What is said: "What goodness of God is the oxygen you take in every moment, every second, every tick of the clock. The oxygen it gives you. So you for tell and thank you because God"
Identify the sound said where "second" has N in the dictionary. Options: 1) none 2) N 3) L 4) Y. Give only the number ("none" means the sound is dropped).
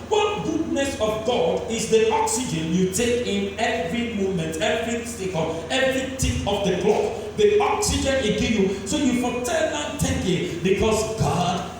3